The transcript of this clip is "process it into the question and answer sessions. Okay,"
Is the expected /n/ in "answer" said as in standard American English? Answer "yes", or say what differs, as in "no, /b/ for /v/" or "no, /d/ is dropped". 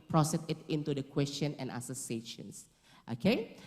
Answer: no, /n/ is dropped